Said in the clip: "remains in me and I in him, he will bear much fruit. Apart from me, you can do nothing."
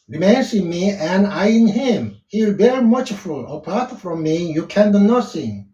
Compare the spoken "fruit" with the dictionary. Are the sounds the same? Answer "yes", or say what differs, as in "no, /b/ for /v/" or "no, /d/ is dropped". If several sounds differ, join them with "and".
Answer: no, /ɹ/ is dropped